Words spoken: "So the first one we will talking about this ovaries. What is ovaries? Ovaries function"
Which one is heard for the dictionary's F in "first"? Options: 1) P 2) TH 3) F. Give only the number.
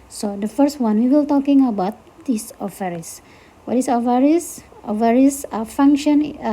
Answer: 3